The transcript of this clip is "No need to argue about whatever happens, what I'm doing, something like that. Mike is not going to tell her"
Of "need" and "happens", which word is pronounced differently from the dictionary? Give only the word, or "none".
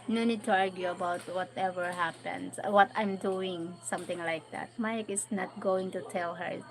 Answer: happens